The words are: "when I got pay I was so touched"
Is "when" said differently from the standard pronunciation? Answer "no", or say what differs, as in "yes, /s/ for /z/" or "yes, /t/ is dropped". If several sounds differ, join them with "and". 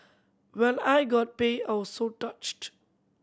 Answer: yes, /l/ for /n/